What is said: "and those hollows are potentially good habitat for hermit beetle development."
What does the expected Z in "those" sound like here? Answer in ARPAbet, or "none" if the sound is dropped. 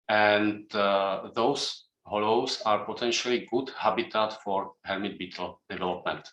S